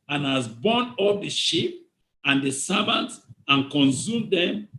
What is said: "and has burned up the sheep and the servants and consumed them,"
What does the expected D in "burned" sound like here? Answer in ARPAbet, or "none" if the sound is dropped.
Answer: none